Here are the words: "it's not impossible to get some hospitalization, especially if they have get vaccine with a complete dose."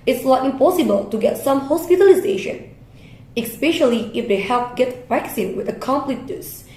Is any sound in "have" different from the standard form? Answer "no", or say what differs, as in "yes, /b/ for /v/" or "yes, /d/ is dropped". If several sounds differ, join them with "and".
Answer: yes, /p/ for /v/